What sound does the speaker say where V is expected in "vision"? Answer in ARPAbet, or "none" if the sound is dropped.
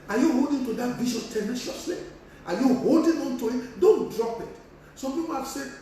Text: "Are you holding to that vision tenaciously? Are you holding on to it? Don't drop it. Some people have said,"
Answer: B